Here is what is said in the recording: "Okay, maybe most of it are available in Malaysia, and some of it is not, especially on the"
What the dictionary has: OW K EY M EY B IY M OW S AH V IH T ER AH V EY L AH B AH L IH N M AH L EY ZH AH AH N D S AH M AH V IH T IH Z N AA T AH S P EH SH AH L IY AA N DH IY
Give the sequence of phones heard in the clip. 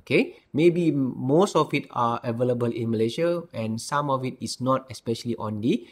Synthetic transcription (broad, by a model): K EY M EY B IY M OW S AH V IH T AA AH V EY L AH B AH L IH N M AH L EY SH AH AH N S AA M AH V IH T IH S N AA T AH S P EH SH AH L IY AA N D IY